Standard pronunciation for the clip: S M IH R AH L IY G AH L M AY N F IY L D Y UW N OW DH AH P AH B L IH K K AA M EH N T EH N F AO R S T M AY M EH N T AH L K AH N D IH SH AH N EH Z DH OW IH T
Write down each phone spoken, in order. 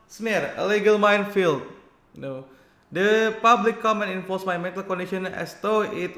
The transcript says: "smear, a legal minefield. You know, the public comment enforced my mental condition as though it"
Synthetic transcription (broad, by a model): S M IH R AH L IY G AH L M AY N F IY L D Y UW N OW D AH P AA B L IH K K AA M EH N EH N F AO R S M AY M EH N T AH L K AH N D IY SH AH N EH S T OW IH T